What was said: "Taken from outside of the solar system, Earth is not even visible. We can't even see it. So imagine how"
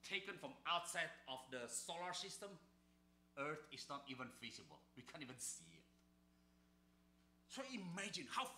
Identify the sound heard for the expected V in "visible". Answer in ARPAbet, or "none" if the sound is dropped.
F